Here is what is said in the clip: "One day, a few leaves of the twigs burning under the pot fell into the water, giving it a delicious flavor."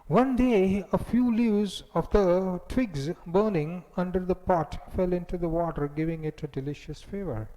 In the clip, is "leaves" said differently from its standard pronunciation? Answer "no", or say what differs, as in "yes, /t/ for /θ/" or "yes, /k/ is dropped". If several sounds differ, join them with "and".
yes, /v/ is dropped